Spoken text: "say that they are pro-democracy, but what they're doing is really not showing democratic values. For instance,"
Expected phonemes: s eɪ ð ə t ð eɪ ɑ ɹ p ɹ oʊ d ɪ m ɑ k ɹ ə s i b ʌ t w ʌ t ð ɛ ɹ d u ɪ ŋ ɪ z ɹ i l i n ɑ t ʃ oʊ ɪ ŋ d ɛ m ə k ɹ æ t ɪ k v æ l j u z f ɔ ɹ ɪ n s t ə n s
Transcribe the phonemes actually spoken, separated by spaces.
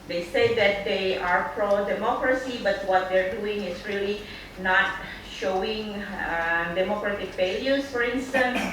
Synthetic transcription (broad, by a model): s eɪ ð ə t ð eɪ ɑ ɹ p ɹ oʊ d ɪ m ɑ k ɹ ə s i b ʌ t w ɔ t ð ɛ ɹ d u ɪ ŋ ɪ s ɹ i l i n ɑ t ʃ oʊ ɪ ŋ d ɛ m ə k ɹ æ t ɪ k f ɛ l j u s f ɔ ɹ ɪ n s t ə n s